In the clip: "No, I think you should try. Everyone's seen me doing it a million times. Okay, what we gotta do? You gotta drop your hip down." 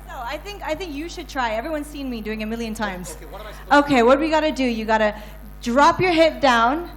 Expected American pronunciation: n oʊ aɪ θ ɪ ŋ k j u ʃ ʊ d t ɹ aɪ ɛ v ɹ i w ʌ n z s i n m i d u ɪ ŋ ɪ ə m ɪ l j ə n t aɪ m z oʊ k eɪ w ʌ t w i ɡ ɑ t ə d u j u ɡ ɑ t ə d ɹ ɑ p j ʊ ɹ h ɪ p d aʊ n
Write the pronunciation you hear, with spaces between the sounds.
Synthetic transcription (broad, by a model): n oʊ aɪ θ ɪ ŋ k j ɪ ʃ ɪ d t ɹ aɪ ɛ v ɹ i w ʌ n z s i n m i d u ɪ ŋ ɪ m ɪ l j ə n t aɪ m z oʊ k eɪ w ʌ t w i ɡ ɑ t ə d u j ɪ ɡ ɑ t ə d ɹ ɑ p j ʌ ɹ h ɪ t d aʊ n